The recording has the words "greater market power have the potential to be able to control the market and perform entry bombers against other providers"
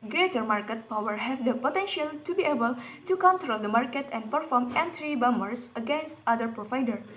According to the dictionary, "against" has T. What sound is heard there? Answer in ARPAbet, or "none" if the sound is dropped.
T